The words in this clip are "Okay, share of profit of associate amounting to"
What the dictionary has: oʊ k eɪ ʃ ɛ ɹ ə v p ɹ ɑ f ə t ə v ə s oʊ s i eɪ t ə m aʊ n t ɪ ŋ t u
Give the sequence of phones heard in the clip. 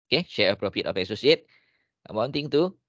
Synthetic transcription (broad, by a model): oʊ k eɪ ʃ ɛ ɹ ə p ɹ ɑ p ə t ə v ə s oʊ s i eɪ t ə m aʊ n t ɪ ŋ t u